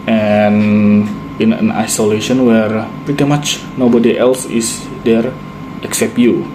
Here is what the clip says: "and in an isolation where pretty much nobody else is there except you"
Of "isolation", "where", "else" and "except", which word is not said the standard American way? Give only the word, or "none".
none